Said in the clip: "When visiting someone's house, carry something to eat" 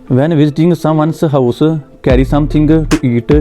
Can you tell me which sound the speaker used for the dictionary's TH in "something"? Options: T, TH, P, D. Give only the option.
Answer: T